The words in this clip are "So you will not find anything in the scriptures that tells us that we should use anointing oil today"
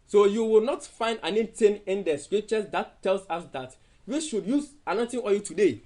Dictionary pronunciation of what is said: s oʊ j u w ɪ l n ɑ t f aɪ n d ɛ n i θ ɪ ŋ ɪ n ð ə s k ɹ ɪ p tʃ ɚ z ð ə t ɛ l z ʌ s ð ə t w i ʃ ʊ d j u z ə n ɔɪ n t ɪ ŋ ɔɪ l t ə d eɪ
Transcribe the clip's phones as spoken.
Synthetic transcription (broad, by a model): s oʊ j u w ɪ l n ɑ t f aɪ n d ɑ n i t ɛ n ɪ n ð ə s k ɹ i p tʃ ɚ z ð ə t ɛ l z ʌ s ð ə t w i ʃ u d j u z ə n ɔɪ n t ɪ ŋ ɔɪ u t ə d eɪ